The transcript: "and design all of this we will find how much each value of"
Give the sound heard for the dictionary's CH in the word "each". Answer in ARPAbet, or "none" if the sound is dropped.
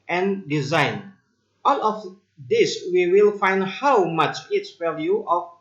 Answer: S